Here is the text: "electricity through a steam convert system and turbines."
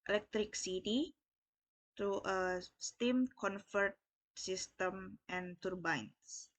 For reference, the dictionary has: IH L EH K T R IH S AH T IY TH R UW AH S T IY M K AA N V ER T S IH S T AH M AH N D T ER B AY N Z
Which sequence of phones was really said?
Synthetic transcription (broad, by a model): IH L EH K T R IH S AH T IY T R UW AH S T IY M K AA N F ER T S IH S T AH M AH N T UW B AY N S